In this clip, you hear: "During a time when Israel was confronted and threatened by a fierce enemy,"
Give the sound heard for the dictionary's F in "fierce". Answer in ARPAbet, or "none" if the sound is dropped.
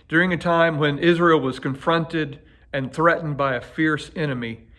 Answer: F